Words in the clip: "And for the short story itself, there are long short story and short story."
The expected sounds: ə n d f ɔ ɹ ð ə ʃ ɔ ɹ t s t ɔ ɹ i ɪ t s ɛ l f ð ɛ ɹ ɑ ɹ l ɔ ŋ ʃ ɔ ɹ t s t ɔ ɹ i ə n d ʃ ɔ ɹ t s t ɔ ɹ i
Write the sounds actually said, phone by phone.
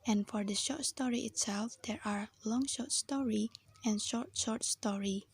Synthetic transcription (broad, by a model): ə n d f ɔ ɹ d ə ʃ ɔ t s t ɔ ɹ i ɪ t s ɛ l f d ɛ ɹ ɑ ɹ l ɔ ŋ ʃ ɔ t s t ɔ ɹ i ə n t ʃ ɔ ɹ t s t ɔ ɹ i